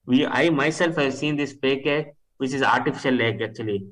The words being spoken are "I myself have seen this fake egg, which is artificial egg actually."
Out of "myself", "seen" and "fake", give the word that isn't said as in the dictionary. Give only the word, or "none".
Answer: fake